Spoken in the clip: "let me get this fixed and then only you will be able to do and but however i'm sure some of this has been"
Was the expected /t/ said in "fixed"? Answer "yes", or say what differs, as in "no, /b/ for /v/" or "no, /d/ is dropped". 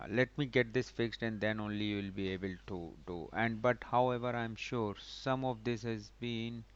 yes